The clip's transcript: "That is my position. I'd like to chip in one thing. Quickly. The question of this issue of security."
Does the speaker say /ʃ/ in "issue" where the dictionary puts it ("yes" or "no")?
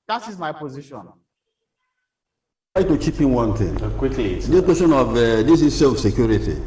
no